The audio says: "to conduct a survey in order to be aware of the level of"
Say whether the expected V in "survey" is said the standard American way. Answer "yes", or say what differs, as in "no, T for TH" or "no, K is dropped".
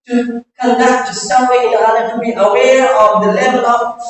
no, W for V